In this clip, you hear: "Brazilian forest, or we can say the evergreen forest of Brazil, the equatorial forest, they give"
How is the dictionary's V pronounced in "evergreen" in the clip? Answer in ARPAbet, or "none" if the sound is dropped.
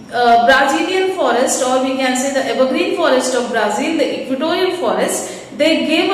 B